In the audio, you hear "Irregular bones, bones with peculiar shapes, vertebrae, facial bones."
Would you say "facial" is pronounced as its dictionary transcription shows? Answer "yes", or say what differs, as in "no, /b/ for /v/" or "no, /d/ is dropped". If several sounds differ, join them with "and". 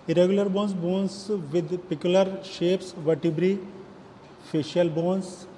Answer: yes